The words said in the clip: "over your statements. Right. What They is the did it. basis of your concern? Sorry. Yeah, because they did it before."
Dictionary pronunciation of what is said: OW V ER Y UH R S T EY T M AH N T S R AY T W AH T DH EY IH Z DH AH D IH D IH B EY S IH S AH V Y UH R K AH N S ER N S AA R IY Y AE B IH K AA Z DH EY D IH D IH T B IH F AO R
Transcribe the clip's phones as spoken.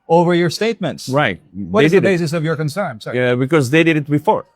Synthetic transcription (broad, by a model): OW V ER Y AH R S T EY T M AH N T S R AY T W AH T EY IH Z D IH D IH B EY S IH S AH V Y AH R K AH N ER N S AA IY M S B IH K AA Z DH EY D IH D IH T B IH F AO R